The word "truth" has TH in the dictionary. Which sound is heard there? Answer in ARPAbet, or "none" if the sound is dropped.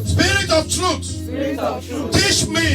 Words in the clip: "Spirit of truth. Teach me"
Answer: S